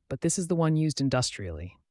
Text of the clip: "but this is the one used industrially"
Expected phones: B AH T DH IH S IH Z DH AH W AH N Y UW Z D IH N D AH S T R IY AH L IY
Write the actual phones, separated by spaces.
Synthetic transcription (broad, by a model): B AH T DH IH S IH Z DH AH W AH N Y UW Z D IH N D AH S T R IY L IY